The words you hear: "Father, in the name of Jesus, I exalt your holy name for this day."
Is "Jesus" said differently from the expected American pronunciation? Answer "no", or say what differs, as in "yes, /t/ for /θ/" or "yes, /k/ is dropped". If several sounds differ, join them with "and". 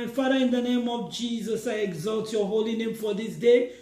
no